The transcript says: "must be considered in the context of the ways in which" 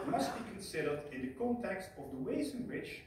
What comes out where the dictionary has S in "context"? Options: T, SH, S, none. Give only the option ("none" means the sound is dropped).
S